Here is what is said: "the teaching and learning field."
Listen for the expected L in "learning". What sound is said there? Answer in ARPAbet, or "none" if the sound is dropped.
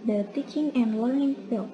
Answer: L